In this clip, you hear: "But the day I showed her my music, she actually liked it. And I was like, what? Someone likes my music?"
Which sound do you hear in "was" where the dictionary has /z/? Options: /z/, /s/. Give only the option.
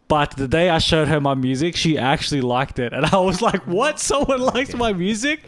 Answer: /z/